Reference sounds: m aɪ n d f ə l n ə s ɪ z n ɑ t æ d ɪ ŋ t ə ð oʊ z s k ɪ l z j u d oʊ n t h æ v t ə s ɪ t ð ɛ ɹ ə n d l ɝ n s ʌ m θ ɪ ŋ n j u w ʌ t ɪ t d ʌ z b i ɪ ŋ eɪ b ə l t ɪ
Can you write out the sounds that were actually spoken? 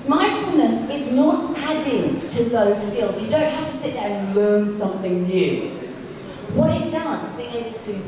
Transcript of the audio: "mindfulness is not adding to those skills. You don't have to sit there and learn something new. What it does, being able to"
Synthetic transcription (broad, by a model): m aɪ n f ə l n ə s ɪ z n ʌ t æ d ɪ ŋ t ə ð oʊ z s k ɪ l z j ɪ d oʊ n t h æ f t ə s ɪ t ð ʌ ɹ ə n l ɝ n s ʌ m θ ɪ ŋ n j u w ʌ t ɪ t d ʌ z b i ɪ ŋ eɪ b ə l t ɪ